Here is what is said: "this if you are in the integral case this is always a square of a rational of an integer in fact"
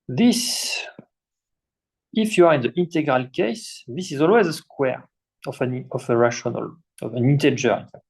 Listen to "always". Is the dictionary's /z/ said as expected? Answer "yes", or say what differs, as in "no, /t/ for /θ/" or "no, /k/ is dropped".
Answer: yes